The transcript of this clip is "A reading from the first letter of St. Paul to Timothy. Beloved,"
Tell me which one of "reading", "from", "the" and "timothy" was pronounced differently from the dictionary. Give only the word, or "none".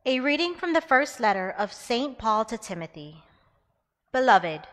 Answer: none